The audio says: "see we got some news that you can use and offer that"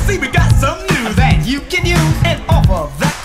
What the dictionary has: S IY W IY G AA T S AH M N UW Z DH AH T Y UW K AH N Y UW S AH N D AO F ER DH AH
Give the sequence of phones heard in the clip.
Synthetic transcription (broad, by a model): S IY W IY G AA T S AH M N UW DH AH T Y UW K AH N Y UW AH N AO P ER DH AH